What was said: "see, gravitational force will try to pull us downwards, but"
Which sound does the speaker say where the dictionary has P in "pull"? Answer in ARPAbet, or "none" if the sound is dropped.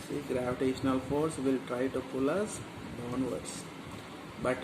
P